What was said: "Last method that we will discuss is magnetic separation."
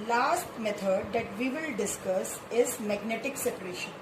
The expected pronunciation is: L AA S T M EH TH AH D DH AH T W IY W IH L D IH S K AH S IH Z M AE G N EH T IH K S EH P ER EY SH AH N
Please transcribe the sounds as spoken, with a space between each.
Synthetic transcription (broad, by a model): L AA S T M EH T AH D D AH T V IY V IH L D IH S K AH S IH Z M AE G N EH T IH K S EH P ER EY SH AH N